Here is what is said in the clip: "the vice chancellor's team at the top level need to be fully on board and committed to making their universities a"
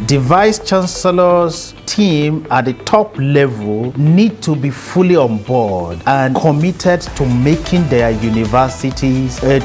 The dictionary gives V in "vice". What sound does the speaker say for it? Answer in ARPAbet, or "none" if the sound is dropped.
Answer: V